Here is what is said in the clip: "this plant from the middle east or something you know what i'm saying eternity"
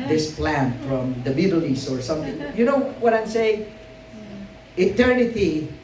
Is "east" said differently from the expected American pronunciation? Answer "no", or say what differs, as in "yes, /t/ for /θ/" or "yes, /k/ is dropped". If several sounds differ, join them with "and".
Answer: yes, /t/ is dropped